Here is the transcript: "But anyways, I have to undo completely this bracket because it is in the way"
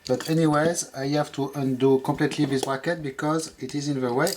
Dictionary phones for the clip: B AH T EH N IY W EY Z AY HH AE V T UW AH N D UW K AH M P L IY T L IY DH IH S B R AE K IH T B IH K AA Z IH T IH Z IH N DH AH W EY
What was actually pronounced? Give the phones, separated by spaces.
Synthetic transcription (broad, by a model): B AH T EH N IY W EY Z AY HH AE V T UW AH N D UW K AH M P L IY T L IY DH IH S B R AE K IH T B IH K AA Z IH T IH Z IH N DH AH W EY